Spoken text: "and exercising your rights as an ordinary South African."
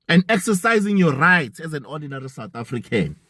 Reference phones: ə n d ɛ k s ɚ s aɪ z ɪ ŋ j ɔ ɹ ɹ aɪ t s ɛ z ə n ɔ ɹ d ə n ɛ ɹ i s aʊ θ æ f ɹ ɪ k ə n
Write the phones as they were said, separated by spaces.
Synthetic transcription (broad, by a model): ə n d ɛ k s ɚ s aɪ z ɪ ŋ j ɔ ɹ ɹ aɪ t ɛ z ə n ɔ d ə n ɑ ɹ i s aʊ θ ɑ f ɹ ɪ k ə n